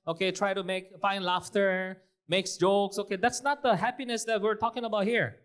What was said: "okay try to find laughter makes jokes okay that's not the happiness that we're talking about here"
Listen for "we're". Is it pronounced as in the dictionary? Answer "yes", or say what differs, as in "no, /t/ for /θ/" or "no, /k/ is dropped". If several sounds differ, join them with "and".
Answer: yes